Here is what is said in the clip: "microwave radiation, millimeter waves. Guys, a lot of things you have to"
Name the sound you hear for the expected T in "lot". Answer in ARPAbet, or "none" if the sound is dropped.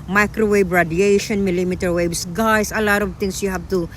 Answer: T